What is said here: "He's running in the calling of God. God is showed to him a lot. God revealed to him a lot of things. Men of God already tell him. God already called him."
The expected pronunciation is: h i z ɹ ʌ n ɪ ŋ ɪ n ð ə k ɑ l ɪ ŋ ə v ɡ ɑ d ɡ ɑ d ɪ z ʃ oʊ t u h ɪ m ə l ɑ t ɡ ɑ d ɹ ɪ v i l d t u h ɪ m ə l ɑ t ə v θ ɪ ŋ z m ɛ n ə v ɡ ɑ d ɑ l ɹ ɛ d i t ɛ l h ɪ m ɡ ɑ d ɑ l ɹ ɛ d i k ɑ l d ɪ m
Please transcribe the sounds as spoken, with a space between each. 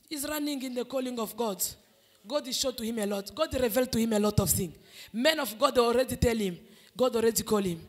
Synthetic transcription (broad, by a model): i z ɹ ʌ n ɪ ŋ ɪ n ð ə k ɑ l ɪ ŋ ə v ɡ ɑ d ɡ ɑ d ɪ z ʃ oʊ t u h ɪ m ə l ɑ t ɡ ɑ d ɹ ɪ v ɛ l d t u h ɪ m ə l ɑ t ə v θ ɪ ŋ m ɛ n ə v ɡ ɑ d ɑ l ɹ ɛ d i t ɛ l h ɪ m ɡ ɑ d ɑ l ɹ ɛ d i k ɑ l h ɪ m